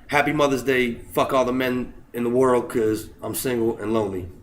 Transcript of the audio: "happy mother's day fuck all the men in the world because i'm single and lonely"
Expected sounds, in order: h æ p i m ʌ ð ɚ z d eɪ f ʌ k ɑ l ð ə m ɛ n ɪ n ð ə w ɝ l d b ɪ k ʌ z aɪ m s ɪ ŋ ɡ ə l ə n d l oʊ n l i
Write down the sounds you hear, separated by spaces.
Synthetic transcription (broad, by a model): h æ p i m ʌ ð ɚ z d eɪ f ʌ k ɑ l ð ə m ɛ n ɪ n ð ə w ɝ l d k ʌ z aɪ m s ɪ ŋ ɡ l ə n l oʊ n l i